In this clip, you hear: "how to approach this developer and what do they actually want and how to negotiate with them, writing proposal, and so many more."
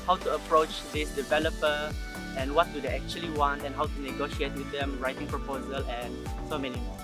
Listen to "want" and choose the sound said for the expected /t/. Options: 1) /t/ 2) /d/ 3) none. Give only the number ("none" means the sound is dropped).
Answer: 1